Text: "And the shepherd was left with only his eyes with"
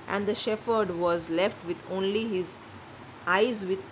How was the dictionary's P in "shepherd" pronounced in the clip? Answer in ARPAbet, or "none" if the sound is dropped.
F